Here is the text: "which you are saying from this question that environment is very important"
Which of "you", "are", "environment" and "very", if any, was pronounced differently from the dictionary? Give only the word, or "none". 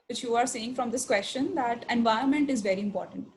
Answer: environment